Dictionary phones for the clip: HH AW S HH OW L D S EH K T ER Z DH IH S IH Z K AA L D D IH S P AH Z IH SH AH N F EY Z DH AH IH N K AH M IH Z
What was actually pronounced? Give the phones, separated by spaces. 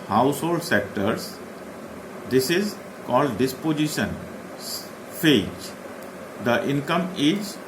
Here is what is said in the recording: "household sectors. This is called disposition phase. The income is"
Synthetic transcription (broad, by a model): HH AW S HH OW L D S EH K T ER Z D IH S IH Z K AA L D D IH S P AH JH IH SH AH N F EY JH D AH IH N K AH M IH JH